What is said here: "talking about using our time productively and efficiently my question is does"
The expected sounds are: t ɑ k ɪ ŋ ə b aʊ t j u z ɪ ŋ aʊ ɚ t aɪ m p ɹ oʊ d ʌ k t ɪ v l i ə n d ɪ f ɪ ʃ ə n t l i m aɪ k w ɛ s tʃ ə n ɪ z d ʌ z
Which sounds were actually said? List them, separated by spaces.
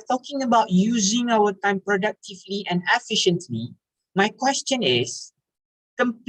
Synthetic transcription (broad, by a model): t ɑ k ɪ ŋ ə b aʊ t j u z ɪ ŋ aʊ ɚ t aɪ m p ɹ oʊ d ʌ k t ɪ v l i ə n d ɪ f ɪ ʃ ə n t l i m aɪ k w ɛ s tʃ ə n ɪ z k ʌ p